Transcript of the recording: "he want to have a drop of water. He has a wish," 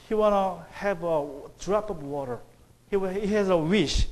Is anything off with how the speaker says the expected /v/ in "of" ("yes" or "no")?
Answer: yes